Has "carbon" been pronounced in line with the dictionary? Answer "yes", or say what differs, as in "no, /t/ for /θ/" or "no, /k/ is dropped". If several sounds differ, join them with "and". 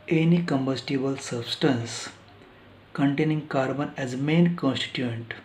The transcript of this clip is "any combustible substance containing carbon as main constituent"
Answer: yes